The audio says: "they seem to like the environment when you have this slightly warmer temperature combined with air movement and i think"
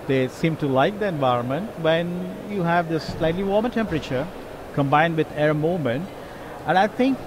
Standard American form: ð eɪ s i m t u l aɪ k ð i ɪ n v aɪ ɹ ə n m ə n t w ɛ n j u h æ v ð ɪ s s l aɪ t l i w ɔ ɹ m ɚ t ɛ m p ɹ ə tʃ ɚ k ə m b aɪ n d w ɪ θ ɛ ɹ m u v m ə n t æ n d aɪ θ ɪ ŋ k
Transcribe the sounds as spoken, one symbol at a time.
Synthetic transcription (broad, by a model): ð eɪ s i m t u l aɪ k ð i ɪ n v aɪ ɹ ə n m ə n t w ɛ n j u h æ v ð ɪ s s l aɪ t l i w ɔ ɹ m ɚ t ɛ m p ɹ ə tʃ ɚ k ə m b aɪ n d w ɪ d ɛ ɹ m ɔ m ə n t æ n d aɪ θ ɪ ŋ k